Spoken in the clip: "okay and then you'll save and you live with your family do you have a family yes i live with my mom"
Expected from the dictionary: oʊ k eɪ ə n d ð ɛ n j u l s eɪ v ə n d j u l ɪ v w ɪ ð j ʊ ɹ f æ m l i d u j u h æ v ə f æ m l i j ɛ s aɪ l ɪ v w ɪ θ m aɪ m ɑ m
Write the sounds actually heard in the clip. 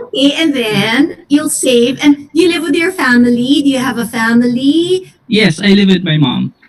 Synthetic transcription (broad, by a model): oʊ k eɪ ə n ð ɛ n j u l s eɪ v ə n j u l ɪ v w ɪ ð j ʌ ɹ f æ m l i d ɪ j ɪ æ v ə f æ m l i j ɛ s aɪ l ɪ v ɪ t m aɪ m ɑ m